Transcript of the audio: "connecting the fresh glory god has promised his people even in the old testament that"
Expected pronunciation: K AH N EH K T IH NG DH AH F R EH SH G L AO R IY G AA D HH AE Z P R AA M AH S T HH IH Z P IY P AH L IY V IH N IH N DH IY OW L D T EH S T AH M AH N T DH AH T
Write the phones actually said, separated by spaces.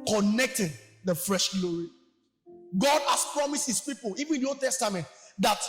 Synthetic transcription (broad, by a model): K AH N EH K T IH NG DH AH F R EH SH G L AO R IY G AA D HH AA S P R AA M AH S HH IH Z P IY P AH L IY V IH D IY OW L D T EH S T AH M AH N T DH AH T